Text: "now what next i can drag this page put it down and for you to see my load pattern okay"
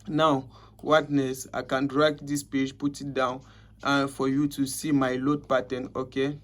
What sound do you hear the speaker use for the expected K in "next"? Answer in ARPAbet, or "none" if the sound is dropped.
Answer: none